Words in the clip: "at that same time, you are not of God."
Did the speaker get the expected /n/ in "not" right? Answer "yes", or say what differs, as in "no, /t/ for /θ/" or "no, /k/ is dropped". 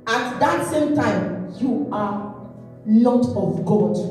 no, /l/ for /n/